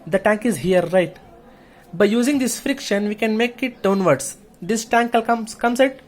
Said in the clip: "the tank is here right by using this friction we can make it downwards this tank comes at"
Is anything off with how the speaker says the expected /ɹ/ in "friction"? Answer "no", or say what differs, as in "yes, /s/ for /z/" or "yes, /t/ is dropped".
no